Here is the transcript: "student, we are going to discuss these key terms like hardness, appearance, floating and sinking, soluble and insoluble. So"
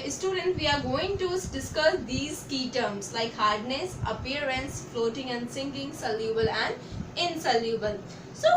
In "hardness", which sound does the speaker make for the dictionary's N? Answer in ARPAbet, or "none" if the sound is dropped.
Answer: N